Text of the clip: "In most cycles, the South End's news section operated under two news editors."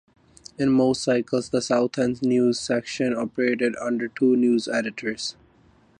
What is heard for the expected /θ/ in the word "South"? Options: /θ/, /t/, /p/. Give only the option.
/t/